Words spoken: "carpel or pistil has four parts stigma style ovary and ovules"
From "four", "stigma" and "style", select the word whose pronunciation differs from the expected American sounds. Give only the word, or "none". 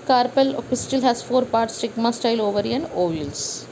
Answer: none